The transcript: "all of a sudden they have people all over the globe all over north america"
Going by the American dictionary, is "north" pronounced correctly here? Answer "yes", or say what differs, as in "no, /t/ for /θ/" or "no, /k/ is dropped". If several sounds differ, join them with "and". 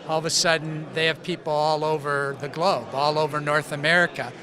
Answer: yes